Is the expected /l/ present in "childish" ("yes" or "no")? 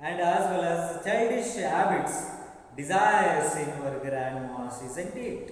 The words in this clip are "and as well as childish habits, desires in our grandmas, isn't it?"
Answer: no